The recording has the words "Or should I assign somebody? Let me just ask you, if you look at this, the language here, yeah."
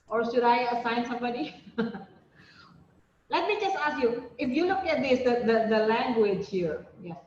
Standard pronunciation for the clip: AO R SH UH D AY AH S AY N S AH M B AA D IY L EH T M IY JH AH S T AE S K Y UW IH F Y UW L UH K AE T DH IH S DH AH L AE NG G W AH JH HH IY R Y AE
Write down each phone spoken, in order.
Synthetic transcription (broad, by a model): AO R SH UH D AY AH S AY N S AH M B AA D IY L EH T M IY JH AH S T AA S K Y UW IH F Y UW L UH K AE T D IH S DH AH L AE NG G W AH JH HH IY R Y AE